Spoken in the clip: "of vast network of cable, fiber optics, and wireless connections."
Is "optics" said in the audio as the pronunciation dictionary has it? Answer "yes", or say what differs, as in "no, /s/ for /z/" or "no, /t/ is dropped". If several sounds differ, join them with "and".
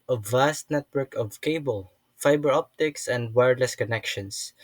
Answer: yes